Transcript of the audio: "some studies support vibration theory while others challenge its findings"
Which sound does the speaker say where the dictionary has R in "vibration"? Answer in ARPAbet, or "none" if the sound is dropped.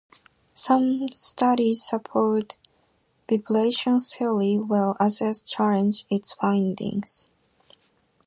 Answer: L